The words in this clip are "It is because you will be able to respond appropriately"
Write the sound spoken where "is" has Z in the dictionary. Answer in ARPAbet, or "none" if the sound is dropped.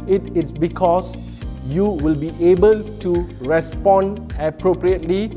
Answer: S